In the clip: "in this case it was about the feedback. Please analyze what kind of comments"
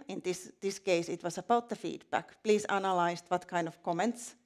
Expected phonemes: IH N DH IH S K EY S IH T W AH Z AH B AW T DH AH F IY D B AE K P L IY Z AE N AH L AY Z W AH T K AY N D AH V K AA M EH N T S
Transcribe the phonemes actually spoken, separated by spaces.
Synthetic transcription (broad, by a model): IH N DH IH S K EY S IH T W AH S AH B AW T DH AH F IY D B AE K P L IY S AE N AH L AY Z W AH T K AY N D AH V K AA M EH N T S